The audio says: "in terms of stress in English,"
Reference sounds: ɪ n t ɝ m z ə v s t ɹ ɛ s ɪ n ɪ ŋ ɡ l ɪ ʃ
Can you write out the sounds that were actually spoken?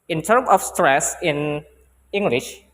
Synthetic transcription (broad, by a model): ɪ n t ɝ m ə f s t ɹ ɛ s ɪ n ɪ ŋ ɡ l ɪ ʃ